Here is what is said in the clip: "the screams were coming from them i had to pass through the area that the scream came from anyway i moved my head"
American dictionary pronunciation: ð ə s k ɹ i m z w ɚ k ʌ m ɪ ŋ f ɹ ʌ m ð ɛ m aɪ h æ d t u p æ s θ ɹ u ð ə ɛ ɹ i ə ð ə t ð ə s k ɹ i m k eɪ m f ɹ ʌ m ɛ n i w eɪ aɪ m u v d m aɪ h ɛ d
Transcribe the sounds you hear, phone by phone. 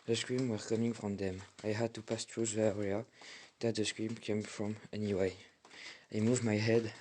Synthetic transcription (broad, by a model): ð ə s k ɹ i m w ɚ k ʌ m ɪ ŋ f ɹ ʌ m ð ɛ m aɪ h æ d t u p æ s t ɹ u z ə ɛ ɹ i ə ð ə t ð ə s k ɹ i m k eɪ m f ɹ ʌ m ɛ n i w eɪ aɪ m u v m aɪ h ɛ d